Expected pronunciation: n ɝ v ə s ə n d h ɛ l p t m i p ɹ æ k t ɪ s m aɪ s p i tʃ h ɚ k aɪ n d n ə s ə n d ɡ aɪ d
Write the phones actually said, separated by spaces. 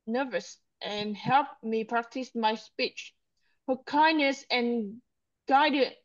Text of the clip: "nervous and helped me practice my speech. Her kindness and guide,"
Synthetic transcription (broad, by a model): n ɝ v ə s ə n h ɛ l p m i p ɹ æ k t ɪ s m aɪ s p i tʃ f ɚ k aɪ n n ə s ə n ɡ aɪ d